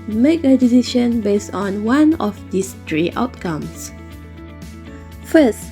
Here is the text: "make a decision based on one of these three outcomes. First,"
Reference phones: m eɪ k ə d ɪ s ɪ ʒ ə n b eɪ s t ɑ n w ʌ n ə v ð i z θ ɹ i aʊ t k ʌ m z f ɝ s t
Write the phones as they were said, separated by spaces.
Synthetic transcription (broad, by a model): m eɪ k ə d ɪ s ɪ ʃ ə n b eɪ s t ɑ n w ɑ n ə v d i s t ɹ i aʊ t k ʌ m s f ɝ s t